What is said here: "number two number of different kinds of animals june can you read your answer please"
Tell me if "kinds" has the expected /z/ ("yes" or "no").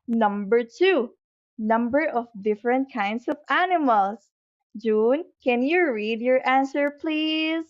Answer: no